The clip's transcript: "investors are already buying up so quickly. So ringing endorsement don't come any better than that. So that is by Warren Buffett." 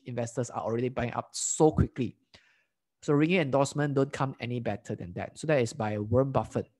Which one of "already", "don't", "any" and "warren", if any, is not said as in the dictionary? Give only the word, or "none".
warren